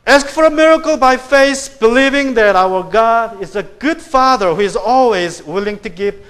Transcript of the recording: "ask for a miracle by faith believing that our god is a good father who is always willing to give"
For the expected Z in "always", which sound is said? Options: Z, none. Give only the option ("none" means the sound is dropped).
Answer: Z